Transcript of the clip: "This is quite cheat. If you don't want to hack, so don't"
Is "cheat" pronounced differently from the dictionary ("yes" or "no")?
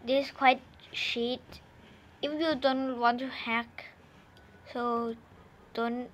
yes